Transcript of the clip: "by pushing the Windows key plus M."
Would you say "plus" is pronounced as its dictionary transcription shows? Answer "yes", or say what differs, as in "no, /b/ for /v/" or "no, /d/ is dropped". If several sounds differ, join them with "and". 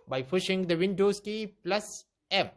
yes